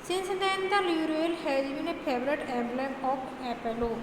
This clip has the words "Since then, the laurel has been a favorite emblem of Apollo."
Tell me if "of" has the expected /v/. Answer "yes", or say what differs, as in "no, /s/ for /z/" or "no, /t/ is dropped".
no, /p/ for /v/